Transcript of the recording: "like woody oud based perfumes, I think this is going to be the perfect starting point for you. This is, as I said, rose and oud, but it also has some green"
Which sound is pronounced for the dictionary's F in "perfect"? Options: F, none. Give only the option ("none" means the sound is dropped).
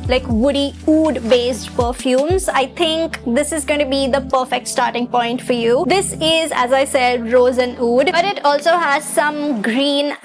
F